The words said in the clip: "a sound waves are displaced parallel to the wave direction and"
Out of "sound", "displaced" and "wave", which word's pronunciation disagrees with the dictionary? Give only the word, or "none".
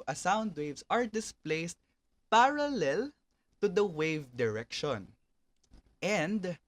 none